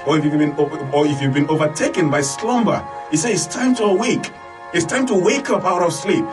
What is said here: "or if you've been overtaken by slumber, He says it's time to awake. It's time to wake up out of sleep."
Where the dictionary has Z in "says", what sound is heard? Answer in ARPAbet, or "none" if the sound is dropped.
none